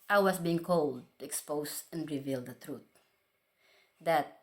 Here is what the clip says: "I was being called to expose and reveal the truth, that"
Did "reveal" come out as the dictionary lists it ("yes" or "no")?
yes